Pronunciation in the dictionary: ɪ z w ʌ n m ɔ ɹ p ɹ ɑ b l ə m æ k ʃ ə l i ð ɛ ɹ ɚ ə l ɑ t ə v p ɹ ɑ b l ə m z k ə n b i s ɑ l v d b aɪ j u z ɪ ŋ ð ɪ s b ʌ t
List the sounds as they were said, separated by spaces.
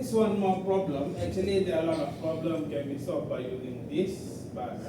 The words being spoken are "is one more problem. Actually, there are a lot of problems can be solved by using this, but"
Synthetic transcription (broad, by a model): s w ʌ n m ɔ p ɹ ɑ b l ə m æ k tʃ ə l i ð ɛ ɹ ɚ ə l ɑ t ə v p ɹ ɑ b l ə m k ə n b i s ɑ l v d b aɪ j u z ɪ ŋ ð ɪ s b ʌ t